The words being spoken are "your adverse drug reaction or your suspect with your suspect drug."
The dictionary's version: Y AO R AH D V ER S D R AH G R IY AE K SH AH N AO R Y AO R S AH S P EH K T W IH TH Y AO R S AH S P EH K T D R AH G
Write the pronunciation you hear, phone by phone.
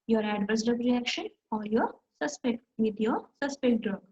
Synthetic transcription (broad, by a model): Y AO R AH D V ER S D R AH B R IY AE K SH AH N AO R Y AO R S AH S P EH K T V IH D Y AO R S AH S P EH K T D R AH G